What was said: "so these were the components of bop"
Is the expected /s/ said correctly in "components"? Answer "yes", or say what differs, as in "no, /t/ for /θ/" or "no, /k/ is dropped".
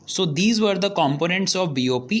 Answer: yes